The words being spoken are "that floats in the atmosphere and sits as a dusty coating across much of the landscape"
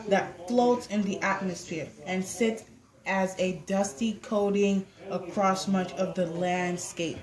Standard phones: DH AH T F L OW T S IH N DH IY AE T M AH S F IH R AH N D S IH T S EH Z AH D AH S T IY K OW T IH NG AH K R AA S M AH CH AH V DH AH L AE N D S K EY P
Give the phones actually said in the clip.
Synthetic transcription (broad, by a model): DH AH T F L OW T S IH N DH IY AE T M AH S F IH R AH N S IH T S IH Z AH D AH S T IY K OW T IH NG AH K R AA S M AH CH AH V DH AH L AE N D S K EY P